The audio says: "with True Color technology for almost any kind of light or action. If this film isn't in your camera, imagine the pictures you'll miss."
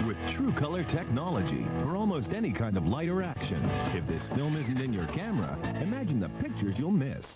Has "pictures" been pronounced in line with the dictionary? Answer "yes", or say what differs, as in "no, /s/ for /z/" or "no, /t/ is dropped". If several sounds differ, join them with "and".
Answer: yes